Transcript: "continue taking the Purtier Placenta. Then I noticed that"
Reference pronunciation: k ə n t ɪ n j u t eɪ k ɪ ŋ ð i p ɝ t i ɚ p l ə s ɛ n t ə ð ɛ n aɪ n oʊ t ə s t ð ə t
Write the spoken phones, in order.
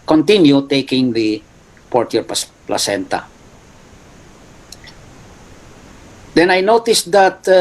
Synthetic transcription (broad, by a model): k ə n t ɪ n j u t eɪ k ɪ ŋ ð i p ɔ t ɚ p l ə s ɛ n t ə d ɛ n aɪ n oʊ t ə s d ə t